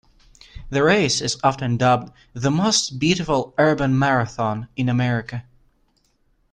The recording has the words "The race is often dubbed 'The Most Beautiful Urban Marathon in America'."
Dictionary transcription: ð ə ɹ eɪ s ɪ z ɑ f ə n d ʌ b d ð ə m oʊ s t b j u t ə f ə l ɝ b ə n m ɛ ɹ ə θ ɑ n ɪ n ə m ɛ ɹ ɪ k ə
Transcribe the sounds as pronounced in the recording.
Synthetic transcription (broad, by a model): ð ə ɹ eɪ s ɪ z ɑ f ə n d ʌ b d ð ə m oʊ s t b j u t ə f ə l ɝ b ə n m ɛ ɹ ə θ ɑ n ɪ n ə m ɛ ɹ ɪ k ə